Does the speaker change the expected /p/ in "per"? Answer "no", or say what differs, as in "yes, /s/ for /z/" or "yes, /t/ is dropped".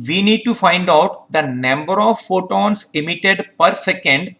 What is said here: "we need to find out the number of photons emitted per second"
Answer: no